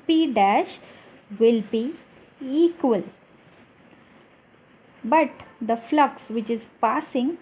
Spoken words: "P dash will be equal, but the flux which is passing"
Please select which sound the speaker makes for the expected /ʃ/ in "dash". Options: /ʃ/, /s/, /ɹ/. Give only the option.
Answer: /ʃ/